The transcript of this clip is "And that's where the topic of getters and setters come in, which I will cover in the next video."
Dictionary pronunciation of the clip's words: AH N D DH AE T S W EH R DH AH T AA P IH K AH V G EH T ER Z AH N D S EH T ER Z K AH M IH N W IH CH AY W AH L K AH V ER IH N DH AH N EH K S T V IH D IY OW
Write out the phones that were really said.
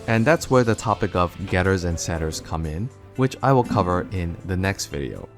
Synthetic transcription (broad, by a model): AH N DH AE T S W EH R DH AH T AA P IH K AH V G EH T ER Z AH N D S EH T ER Z K AH M IH N W IH CH AY W AH L K AH V ER IH N DH AH N EH K S T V IH D IY OW